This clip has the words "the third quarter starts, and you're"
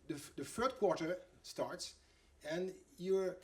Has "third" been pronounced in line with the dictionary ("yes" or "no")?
no